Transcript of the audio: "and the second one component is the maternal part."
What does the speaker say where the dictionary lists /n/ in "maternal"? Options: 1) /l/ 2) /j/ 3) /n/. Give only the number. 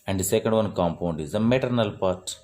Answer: 3